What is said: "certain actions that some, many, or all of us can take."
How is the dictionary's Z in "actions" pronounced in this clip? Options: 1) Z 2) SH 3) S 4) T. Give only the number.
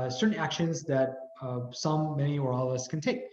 1